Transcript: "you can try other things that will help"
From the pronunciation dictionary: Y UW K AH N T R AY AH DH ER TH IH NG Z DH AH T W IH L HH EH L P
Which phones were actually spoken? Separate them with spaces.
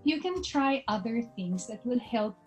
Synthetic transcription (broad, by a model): Y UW K AH N T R AY AH DH ER TH IH NG Z DH AH T W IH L HH EH L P